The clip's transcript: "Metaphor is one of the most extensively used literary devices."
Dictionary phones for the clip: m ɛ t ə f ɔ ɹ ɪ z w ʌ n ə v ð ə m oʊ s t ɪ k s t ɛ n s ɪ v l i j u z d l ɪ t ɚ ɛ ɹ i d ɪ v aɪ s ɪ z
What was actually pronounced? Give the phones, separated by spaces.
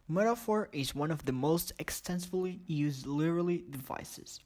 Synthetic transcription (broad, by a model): m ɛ t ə f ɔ ɹ ɪ z w ʌ n ə v ð ə m oʊ s t ɪ k s t ɛ n s ɪ v l i j u z d l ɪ t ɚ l i d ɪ v aɪ s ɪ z